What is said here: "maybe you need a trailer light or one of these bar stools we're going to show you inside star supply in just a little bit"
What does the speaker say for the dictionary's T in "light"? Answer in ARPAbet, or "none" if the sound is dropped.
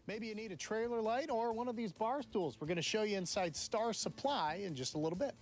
T